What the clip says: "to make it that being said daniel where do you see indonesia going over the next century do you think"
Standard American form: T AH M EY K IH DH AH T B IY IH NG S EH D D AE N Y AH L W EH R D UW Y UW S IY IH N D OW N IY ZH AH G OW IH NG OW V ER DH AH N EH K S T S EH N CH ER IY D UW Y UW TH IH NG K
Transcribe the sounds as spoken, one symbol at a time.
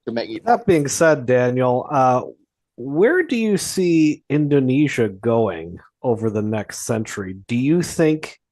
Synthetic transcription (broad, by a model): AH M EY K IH DH AH T B IY IH NG S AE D D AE N Y AH W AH R D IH Y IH S IY IH N D OW N IY ZH AH G OW IH NG OW V ER DH AH N EH K S T S EH N CH ER IY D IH Y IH TH IH NG K